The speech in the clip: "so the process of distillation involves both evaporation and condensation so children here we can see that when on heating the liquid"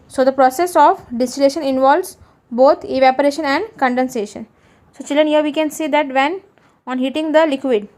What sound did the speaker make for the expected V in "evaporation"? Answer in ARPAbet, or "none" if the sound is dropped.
V